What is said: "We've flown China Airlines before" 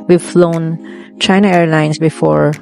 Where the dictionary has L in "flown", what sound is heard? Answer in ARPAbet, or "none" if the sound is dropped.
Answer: L